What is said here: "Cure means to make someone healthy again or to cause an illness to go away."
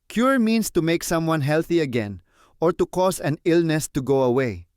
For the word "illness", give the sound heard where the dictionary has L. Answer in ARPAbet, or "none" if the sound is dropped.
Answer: L